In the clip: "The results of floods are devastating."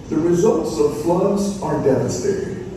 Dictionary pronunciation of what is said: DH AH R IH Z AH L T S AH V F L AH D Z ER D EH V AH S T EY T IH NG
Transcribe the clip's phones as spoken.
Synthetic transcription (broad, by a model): DH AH R IH Z AH L T S AH V F L AH D Z ER D EH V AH S T EY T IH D